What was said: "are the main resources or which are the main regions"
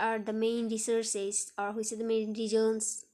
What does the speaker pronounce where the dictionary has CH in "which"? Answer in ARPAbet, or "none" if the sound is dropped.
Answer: S